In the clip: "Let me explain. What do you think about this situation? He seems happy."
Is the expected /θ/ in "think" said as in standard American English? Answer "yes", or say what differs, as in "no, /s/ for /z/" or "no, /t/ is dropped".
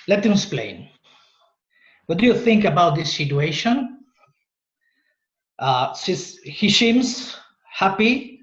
yes